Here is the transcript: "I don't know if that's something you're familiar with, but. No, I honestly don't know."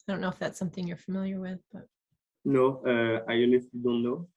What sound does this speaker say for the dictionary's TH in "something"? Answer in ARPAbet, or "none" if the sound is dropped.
TH